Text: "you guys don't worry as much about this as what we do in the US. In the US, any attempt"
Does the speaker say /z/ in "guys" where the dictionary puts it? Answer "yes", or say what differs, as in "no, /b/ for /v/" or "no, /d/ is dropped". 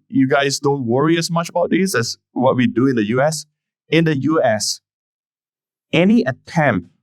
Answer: no, /s/ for /z/